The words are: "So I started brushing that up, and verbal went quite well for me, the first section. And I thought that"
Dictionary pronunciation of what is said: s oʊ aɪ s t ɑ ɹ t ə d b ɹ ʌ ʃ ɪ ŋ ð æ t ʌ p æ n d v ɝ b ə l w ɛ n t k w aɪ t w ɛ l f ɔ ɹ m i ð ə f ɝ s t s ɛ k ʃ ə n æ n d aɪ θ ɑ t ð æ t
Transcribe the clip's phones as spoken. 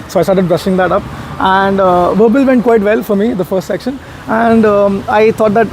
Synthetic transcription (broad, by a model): s oʊ aɪ s t ɑ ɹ t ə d b ɹ ʌ ʃ ɪ ŋ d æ t ʌ p æ n d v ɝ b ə l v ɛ n t k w aɪ t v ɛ l f ɔ ɹ m i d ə f ɝ s t s ɛ k ʃ ə n æ n d aɪ t ɑ t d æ t